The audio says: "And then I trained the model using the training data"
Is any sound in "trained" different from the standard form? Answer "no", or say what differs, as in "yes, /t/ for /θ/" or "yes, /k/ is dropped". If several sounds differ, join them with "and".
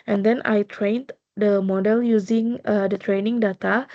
no